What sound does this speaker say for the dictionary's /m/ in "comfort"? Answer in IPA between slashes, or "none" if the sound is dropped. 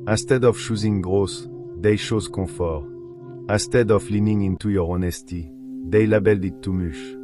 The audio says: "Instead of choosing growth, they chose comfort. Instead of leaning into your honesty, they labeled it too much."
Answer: none